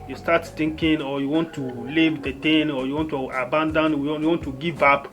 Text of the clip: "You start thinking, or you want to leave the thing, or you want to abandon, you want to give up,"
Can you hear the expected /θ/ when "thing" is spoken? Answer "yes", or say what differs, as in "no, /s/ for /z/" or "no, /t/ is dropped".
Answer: no, /t/ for /θ/